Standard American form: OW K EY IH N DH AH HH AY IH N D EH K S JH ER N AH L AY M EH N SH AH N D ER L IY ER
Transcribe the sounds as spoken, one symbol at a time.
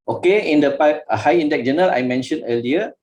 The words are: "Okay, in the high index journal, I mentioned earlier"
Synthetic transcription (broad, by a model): OW K EY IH N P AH HH AY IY N D EH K JH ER N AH L AY M EH N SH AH N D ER L IY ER